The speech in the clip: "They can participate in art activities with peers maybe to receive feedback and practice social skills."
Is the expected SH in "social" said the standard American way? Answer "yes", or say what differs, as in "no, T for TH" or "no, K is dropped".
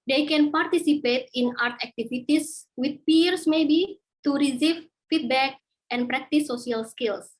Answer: no, SH is dropped